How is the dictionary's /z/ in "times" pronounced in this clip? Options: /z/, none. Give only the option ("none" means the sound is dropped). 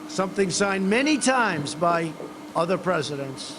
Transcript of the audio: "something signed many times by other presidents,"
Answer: /z/